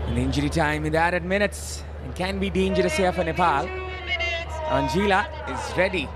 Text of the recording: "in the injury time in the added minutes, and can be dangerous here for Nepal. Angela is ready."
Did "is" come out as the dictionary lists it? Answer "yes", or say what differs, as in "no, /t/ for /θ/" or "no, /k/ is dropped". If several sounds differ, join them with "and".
yes